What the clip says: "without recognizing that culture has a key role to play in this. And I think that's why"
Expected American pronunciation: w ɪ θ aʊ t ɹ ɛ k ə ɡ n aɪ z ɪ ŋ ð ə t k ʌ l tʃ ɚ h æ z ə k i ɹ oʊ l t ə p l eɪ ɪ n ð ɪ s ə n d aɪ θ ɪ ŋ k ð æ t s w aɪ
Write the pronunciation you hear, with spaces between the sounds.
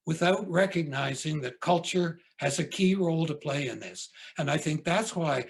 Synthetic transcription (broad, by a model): w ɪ θ aʊ t ɹ ɛ k ə ɡ n aɪ z ɪ ŋ ð ə t k ʌ l tʃ ɚ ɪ z ə k i ɹ oʊ l t ə p l eɪ ɪ n ð ɪ s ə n aɪ θ ɪ ŋ k ð æ t s w aɪ